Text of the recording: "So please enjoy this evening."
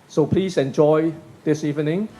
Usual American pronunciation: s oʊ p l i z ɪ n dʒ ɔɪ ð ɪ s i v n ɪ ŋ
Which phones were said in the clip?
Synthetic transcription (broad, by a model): s oʊ p l i s ɪ n dʒ ɔɪ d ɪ s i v n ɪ ŋ